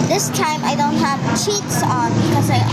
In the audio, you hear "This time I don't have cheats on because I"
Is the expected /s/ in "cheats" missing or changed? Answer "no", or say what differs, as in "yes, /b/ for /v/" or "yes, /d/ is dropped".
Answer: no